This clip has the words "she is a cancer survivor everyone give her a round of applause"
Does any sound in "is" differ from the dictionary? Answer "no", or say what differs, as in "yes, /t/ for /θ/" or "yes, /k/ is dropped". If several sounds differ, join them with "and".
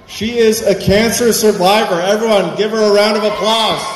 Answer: no